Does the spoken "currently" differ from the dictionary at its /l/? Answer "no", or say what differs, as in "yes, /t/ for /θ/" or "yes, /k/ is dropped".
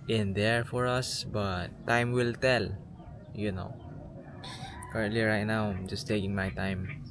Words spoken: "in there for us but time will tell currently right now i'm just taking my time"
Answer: no